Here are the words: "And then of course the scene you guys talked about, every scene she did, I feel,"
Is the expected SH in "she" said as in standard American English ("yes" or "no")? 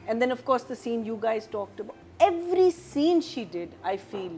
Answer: yes